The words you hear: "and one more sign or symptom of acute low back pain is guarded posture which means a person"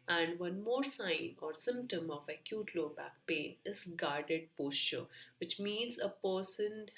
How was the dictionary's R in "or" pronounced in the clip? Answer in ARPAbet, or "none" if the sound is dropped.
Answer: R